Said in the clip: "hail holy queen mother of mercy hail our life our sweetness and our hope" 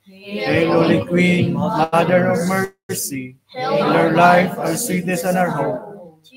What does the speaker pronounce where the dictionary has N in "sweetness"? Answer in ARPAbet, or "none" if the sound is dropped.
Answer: none